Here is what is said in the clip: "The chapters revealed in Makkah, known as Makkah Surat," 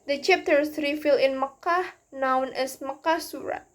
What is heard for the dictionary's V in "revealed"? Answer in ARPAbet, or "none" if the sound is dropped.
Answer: F